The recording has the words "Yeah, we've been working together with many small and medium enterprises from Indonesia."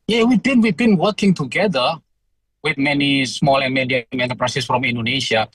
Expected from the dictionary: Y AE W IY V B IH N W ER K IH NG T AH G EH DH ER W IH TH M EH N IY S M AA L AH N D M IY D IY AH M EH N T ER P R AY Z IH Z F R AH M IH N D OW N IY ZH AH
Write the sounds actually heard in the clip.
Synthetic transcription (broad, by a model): Y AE W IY W B IH N W ER K IH NG T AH G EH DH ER W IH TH M EH N IY S M AA L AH N M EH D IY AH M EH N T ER P R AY S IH S F R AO M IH N D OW N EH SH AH